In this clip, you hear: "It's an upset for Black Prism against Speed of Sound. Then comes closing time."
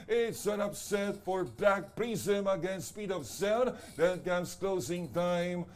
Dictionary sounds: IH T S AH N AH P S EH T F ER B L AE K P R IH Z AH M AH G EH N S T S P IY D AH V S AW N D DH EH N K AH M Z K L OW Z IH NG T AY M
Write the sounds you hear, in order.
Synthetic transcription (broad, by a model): IH T S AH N AH P S EH T F ER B AE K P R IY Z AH M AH G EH N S S P IY D AH V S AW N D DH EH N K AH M S K L OW Z IH NG T AY M